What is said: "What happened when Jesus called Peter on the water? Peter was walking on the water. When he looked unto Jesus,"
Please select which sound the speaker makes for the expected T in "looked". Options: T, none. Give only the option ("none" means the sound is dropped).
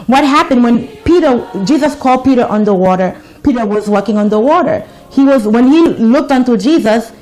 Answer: T